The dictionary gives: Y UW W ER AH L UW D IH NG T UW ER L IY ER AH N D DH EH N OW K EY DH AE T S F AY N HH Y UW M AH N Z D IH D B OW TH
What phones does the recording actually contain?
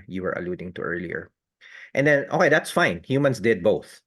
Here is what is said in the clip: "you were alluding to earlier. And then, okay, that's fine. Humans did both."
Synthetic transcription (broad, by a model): Y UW W ER AH L UW D IH NG T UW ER L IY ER AH N D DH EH N OW K EY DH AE T S F AY N HH Y UW M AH N S D IH D B OW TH